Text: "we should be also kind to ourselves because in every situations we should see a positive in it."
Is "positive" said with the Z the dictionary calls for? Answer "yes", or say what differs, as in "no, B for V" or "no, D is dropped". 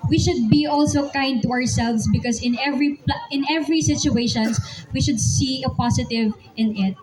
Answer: no, S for Z